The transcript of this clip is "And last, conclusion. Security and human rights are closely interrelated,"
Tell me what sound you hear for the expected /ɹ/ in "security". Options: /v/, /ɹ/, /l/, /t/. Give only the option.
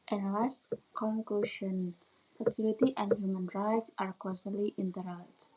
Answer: /l/